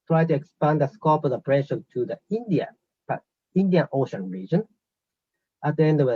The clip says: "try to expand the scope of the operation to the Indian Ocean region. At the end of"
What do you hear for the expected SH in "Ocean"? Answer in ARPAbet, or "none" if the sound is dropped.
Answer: SH